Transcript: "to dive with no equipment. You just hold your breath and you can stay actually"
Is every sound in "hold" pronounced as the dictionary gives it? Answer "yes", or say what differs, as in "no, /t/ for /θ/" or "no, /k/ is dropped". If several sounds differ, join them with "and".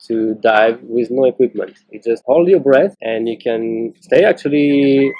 yes